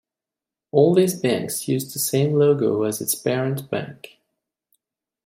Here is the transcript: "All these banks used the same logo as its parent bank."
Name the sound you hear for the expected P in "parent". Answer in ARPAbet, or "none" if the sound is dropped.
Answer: B